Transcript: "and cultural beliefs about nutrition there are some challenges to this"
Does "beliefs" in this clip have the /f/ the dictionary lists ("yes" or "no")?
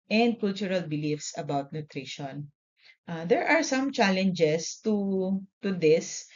yes